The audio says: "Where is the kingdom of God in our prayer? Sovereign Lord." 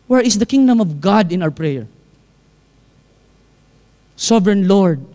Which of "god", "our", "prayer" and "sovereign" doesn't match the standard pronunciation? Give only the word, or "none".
none